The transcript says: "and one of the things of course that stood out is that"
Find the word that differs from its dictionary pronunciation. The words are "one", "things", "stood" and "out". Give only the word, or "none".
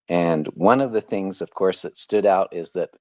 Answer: none